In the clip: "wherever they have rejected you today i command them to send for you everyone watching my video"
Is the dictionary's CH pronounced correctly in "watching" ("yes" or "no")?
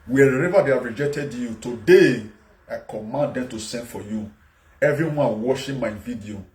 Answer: no